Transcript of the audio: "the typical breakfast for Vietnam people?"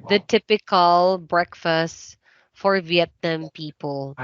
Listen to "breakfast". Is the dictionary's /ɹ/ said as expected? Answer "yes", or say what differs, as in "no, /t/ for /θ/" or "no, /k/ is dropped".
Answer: yes